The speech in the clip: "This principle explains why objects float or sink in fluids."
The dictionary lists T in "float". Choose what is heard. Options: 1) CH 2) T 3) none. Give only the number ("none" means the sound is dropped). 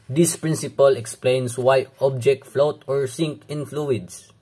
2